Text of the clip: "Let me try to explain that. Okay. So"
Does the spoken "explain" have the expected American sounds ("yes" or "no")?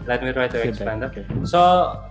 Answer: no